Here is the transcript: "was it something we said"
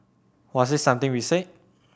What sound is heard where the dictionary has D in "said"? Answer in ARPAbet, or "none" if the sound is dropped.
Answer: none